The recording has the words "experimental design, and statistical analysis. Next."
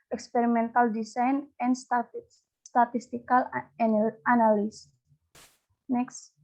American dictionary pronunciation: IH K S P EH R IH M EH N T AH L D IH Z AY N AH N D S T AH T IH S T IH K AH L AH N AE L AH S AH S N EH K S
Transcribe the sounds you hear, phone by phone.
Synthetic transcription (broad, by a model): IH K S P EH R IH M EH N T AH L D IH S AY N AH N S T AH T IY S T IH K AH L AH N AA N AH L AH S N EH K S